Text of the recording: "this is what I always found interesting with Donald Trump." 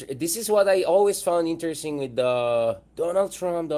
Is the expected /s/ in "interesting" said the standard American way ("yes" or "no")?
yes